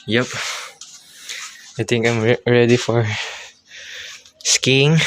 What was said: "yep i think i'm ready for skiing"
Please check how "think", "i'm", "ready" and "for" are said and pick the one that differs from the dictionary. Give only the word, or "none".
think